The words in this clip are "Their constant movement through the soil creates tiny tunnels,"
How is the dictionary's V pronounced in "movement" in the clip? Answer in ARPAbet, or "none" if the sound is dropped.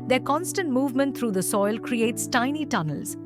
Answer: V